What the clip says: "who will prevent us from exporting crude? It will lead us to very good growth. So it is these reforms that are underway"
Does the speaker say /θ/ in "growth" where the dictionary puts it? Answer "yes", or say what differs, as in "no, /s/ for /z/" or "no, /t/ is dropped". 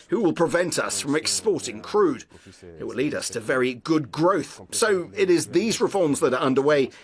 yes